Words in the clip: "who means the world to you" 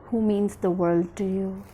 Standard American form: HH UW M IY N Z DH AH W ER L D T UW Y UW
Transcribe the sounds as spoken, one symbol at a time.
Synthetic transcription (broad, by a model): HH UW M IY N Z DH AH W ER L D T UW Y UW